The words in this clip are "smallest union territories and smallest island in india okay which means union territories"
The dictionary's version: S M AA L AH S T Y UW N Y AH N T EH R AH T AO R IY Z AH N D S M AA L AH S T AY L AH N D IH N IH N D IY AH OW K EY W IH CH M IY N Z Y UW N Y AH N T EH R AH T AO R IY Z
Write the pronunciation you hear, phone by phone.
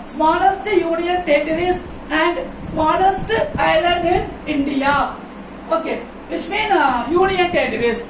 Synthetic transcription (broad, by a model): S M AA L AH S T Y UW N Y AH N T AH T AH R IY S AH N D S M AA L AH S T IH L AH D IH N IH N D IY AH OW K EY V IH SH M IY N Y UW N Y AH N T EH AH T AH R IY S